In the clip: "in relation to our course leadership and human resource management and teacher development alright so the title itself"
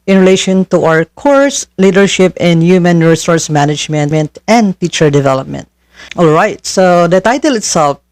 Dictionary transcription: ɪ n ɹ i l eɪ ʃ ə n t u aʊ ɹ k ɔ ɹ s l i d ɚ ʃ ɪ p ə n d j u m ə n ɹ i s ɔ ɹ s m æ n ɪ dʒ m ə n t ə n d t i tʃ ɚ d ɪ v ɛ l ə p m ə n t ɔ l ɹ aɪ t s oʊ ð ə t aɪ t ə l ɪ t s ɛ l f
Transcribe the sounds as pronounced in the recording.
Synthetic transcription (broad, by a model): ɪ n ɹ i l eɪ ʃ ə n t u aʊ ɹ k ɔ ɹ s l i d ɚ ʃ ɪ p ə n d j u m ə n ɹ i s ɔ ɹ s m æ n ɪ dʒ m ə n t ə n d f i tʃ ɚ d ɪ v ɛ l ə p m ə n t ɔ l ɹ aɪ t s oʊ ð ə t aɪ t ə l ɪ t s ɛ l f